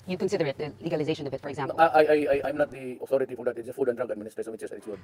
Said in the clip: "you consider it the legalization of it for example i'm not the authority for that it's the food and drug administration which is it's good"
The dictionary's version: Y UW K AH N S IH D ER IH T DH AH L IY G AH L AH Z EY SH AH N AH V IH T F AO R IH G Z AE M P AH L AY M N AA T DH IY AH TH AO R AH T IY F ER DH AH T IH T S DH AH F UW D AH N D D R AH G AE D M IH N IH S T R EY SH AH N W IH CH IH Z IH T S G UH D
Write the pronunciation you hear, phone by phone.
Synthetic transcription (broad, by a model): Y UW K AH N S IH D ER IH T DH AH L IY G AH L AH Z EY SH AH N AH V IH T F AO R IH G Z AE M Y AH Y AY M N AA T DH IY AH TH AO R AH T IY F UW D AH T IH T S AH F UW D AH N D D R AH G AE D M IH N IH S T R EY S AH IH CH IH S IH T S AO